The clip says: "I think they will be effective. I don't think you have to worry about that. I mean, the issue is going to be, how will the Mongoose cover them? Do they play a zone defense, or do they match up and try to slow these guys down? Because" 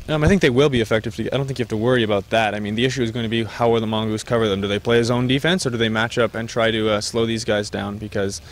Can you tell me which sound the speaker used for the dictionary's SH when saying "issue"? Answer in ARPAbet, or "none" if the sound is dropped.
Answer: SH